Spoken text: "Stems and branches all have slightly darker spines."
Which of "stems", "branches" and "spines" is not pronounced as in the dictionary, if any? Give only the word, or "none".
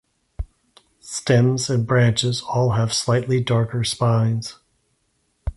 none